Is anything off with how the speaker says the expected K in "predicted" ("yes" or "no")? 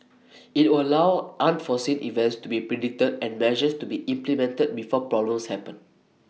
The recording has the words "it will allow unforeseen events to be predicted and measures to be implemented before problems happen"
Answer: yes